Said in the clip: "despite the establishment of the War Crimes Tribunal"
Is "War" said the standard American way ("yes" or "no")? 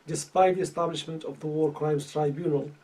yes